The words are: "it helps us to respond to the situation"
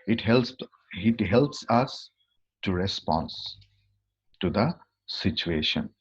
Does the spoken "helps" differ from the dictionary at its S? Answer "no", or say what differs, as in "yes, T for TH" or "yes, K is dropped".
no